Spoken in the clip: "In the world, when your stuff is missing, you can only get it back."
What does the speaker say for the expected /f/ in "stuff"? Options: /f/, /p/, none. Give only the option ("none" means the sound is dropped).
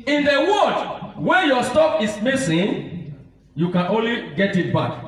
/p/